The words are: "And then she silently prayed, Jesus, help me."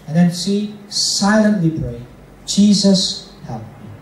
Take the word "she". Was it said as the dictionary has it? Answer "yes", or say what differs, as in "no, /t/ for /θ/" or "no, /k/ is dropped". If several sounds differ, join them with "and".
no, /s/ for /ʃ/